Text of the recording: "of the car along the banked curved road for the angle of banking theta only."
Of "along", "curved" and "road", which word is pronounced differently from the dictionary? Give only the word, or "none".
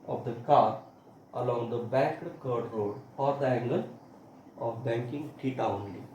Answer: curved